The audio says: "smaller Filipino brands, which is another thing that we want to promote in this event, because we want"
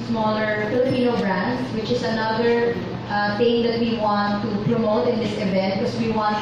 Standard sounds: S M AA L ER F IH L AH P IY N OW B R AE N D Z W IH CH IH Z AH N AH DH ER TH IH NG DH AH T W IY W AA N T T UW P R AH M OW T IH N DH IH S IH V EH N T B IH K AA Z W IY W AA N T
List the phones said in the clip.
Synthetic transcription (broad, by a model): S M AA L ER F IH L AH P IY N OW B R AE N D W IH CH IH S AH N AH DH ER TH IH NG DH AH T W IY W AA N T T UW P R AH M OW T IH N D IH S IH V EH N T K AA S W IY W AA N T